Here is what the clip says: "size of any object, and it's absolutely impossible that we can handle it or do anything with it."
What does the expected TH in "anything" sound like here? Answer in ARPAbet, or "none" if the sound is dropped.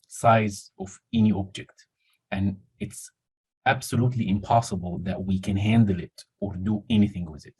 TH